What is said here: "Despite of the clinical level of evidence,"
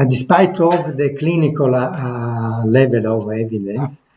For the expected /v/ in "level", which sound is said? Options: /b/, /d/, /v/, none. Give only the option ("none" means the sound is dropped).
/v/